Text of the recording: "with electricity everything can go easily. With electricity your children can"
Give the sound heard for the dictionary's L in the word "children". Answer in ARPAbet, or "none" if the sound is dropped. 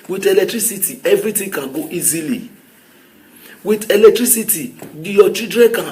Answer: none